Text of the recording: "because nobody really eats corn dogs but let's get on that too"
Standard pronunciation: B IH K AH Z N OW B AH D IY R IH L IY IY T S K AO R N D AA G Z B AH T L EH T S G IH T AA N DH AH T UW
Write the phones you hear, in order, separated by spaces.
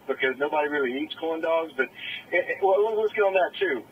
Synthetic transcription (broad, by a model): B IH K AH Z N OW B AH D IY R IH L IY IY T S K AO L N D AA G Z B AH T W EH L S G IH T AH N DH AH T UW